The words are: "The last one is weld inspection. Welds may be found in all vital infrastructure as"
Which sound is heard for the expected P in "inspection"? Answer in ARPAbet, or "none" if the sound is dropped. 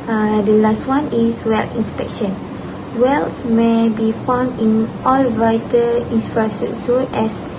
P